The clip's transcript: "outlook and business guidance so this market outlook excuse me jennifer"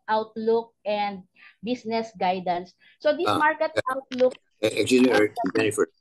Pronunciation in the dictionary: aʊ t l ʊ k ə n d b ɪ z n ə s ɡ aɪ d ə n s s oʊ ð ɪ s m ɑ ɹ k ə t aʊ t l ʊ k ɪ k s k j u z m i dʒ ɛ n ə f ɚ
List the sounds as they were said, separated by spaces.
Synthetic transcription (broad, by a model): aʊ t l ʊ k ə n d b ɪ s n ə s ɡ aɪ d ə n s s oʊ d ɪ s m ɑ ɹ k ə t aʊ t l ʊ k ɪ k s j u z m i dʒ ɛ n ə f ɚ